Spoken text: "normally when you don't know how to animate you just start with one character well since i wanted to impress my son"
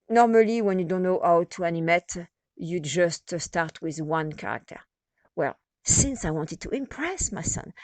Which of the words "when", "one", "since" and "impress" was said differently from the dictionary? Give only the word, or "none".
none